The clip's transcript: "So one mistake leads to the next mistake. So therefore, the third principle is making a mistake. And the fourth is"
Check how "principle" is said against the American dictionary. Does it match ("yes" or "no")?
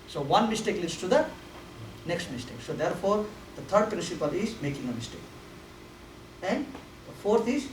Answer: no